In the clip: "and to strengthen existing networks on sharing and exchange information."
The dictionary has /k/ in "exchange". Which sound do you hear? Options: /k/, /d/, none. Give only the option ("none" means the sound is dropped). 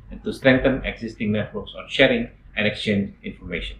/k/